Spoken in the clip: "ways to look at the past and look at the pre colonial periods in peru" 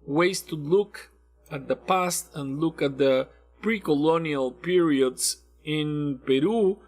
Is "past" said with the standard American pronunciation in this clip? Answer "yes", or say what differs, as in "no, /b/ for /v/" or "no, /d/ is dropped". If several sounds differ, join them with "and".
yes